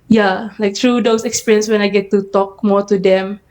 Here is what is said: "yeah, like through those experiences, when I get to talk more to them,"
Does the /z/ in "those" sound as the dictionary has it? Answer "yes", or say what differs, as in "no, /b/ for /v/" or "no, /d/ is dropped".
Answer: no, /s/ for /z/